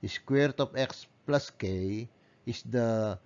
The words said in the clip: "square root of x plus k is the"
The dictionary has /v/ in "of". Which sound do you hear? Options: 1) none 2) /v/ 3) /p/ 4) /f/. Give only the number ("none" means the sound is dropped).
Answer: 3